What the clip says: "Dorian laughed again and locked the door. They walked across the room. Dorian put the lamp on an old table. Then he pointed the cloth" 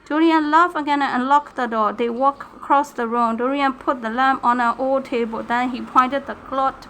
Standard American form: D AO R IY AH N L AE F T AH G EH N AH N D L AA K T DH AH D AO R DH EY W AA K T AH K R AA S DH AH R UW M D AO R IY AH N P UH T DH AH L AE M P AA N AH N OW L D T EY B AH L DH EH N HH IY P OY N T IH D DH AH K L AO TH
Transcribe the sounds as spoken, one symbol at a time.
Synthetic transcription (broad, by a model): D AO R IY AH N L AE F AH G EH N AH N L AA K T DH AH D AO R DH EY W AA K AH K R AA S DH AH R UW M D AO R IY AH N P UH T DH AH L AE M P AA N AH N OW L T EY B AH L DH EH N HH IY P OY N T IH D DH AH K L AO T